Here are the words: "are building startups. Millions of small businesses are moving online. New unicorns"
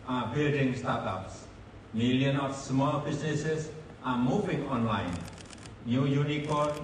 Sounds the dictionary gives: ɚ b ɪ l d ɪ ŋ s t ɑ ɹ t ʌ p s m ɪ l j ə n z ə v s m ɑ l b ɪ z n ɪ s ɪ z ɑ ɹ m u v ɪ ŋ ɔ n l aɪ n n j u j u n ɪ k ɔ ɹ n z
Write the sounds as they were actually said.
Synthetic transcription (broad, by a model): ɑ b ɪ l d ɪ ŋ s t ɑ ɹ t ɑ p s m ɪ l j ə n ə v s m ɑ l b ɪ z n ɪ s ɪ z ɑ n m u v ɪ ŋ ɔ n l aɪ n n j u j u n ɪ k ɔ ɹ